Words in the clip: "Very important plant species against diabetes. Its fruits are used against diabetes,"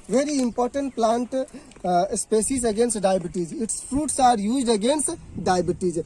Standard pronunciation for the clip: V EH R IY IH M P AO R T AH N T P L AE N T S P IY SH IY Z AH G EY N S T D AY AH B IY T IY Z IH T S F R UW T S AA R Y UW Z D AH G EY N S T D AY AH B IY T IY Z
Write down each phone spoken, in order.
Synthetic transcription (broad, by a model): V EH R IY IH M P AO R T AH N T P L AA N T S P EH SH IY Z AH G EY N S T D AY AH B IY T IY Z IH T S F R UW T S AA R Y UW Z D AH G EY N S T D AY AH B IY T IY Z